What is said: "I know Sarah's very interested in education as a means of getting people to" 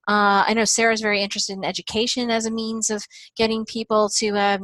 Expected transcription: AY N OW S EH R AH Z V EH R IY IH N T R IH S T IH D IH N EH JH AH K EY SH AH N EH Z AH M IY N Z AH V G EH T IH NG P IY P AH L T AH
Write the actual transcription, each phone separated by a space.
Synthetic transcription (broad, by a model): AY N OW S EH R AH Z V EH R IY IH N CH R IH S T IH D N EH JH AH K EY SH AH N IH Z AH M IY N Z AH V G EH T IH NG P IY P L T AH